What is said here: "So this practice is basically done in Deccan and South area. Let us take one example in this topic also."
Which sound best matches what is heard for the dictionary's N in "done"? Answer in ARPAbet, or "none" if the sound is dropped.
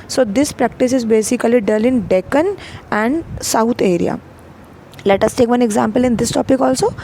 L